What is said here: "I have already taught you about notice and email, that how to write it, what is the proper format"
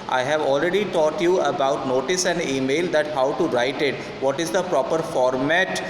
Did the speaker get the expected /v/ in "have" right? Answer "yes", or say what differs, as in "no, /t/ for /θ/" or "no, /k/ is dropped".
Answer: yes